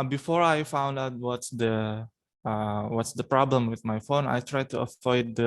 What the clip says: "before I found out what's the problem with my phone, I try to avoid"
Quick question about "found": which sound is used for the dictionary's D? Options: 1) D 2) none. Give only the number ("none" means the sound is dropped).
1